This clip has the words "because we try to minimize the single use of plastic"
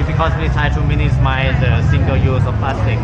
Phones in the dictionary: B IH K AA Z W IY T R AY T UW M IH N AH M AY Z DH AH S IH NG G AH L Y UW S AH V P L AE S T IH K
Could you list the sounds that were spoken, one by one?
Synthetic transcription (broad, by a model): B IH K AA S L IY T AY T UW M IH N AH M AY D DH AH S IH NG G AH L Y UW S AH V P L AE S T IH K